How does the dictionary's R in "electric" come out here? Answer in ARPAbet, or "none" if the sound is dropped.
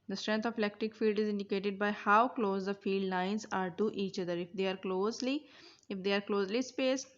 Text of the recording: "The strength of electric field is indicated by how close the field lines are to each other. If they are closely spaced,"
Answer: none